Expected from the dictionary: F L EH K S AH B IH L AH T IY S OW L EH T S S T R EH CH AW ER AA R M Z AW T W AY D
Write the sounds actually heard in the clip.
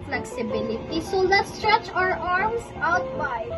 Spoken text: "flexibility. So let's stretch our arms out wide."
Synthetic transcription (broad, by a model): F L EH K S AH B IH L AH T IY S OW L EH T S S T R EH CH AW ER AA R M S AW T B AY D